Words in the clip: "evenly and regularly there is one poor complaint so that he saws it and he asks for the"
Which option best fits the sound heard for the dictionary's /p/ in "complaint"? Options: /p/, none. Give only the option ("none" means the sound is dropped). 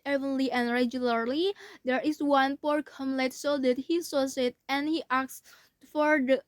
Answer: none